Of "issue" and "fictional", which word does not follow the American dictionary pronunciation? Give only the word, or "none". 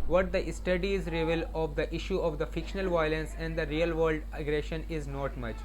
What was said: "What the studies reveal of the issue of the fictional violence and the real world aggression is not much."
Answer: none